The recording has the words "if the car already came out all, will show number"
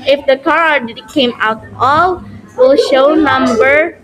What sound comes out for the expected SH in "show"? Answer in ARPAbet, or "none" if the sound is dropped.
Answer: SH